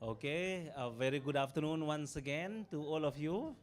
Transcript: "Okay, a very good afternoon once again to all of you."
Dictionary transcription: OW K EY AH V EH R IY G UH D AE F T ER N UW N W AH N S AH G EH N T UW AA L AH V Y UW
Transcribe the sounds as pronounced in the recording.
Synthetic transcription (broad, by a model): OW K EY AH V EH R IY G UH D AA F T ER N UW N W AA N S AH G EH N T UW AA L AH F Y UW